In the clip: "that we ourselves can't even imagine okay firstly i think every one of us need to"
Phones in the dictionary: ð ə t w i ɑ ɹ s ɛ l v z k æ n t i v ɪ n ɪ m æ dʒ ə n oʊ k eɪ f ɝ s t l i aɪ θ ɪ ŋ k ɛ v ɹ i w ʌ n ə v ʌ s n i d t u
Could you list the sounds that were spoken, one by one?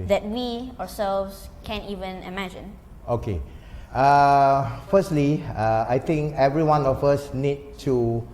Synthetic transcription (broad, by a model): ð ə t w i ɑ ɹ s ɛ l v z k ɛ n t i v ɪ n ɪ m æ dʒ ə n oʊ k eɪ f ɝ s t l i aɪ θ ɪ ŋ k ɛ v ɹ i w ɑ n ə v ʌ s n i d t u